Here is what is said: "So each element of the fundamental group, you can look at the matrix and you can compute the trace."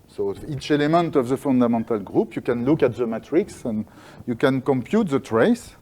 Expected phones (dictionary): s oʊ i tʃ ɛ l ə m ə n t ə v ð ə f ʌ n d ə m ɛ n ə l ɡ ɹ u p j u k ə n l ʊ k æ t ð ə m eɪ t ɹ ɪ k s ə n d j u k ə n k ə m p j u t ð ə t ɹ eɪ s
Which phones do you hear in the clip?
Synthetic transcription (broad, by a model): s oʊ i tʃ ɛ l ə m ə n t ə v ð ə f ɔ n d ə m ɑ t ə l ɡ ɹ u p j u k ə n l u k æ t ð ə m eɪ t ɹ ɪ k s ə n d j u k ə n k ə m p j u t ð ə t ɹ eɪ s